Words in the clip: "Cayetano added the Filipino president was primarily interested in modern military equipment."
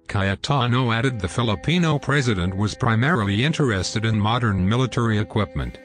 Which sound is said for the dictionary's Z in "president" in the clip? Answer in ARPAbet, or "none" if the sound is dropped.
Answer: Z